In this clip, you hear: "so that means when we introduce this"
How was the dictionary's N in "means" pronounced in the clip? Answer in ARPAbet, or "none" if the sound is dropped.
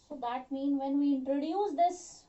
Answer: N